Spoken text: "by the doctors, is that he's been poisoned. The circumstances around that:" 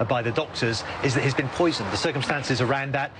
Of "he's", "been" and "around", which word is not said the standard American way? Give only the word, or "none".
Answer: none